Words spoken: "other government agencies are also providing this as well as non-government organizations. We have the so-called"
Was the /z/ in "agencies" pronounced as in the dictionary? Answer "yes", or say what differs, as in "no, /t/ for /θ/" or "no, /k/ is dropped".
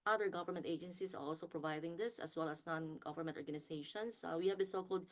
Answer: no, /s/ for /z/